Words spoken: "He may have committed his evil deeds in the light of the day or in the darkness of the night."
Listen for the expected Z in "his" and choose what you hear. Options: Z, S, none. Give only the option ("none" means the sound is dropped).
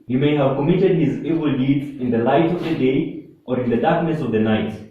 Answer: Z